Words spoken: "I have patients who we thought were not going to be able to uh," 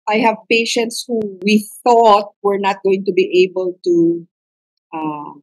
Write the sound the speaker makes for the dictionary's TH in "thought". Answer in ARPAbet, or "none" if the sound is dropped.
TH